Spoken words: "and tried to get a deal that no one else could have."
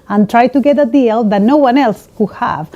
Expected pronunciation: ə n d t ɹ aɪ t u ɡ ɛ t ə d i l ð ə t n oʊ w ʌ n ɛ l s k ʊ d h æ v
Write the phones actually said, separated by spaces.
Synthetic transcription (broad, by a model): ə n t ɹ aɪ t u ɡ ɛ t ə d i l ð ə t n oʊ w ʌ n ɛ l s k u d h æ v